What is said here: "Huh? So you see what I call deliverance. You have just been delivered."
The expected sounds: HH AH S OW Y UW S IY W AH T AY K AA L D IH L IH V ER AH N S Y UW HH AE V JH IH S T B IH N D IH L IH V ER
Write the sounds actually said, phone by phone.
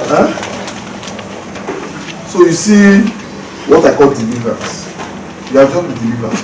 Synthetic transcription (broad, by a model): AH S OW Y UW S IY W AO T AY K AA L D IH L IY V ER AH S Y UW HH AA V JH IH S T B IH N D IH L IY V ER